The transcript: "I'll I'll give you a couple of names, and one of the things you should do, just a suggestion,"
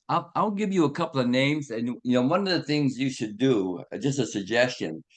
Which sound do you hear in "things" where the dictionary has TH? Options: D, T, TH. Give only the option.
TH